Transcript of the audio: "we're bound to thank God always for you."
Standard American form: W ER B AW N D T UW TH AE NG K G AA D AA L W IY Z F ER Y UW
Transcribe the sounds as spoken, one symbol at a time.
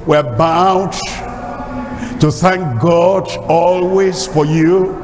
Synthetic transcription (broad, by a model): W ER B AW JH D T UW TH AE NG K G AA D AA L W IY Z F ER Y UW